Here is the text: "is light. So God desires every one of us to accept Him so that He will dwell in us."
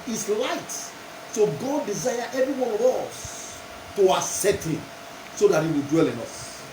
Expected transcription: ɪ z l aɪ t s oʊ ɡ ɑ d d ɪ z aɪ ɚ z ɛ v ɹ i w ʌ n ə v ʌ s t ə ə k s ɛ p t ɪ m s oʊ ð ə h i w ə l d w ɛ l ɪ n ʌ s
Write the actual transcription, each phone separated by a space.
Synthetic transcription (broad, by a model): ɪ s l aɪ t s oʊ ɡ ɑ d d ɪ z aɪ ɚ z ɛ v ɹ i w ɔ n ə v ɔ s t ə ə s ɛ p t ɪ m s oʊ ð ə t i w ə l d w ɛ l ɪ n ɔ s